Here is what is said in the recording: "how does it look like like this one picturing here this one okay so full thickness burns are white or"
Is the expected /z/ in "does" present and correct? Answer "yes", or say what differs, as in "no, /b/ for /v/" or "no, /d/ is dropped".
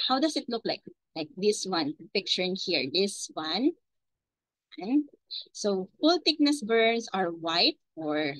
no, /s/ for /z/